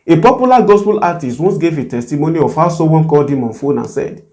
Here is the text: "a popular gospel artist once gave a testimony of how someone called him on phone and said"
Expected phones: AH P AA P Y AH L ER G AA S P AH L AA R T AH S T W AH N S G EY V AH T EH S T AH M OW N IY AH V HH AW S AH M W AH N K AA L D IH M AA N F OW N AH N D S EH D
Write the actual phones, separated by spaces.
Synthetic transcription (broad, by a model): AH P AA P Y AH L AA G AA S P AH L AA T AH S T W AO N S G EY V AH T EH S T AH M OW N IY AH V HH AW S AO W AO N K AA L D IH M AA N F OW N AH N S EH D